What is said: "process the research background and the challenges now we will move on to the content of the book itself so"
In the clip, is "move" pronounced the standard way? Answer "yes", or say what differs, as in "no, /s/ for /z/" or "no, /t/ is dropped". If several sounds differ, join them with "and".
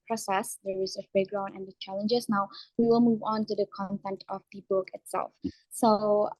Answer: yes